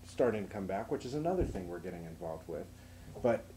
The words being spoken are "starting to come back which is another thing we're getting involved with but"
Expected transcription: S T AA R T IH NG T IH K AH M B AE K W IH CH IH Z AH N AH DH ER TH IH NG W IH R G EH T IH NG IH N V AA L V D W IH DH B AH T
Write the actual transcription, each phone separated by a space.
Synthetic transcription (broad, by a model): S T AA R T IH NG T IH K AH M B AE K W IH CH IH Z AH N AH DH ER TH IH NG W IH R G EH T IH NG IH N V AA L V D W IH DH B AH T